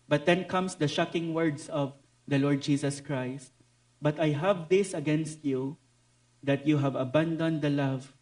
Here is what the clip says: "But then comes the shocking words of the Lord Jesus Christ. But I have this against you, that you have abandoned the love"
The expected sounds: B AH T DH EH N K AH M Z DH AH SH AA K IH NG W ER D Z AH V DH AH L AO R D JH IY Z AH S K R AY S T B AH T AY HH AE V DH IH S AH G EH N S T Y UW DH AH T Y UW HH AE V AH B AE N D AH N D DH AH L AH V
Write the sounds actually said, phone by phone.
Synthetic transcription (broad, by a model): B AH T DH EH N K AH M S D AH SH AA K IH NG W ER D S AH V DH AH L AO R D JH IY S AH S K R AY S T B AH T AY HH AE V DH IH S AH G EH N S T Y UW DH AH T Y UW HH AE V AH B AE N D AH N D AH L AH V